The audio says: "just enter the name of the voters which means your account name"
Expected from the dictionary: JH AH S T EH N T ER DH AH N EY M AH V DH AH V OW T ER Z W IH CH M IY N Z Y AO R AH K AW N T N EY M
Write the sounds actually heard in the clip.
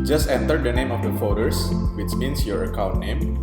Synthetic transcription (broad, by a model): JH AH S T EH N T ER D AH N EY M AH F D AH F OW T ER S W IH CH M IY N S Y AO R AH K AW N T N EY M